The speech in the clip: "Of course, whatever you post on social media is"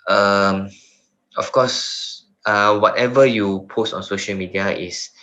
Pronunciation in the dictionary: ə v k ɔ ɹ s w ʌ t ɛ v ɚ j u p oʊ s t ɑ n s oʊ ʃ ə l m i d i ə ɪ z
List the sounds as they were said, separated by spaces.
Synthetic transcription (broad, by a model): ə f k ɔ s w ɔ t ɛ v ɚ j u p oʊ s t ɑ n s oʊ ʃ ə l m i d i ə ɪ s